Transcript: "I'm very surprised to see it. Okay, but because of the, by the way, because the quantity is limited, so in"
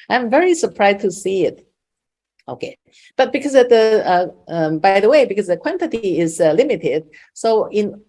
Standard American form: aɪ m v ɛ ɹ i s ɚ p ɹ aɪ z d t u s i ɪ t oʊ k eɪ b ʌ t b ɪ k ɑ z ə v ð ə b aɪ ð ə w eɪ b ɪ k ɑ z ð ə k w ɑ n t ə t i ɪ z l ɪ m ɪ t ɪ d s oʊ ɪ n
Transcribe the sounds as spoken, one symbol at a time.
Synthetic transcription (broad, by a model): aɪ m v ɛ ɹ i s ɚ p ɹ aɪ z t u s i ɪ t oʊ k eɪ b ʌ t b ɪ k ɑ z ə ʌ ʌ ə b aɪ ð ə w eɪ b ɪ k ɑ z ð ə k w ɑ n t ə t i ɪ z l ɪ m ɪ t ɪ d s oʊ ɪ n